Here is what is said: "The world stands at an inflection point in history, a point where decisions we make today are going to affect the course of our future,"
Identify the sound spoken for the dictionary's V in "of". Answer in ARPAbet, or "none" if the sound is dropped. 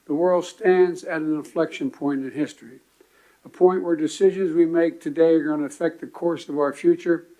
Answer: V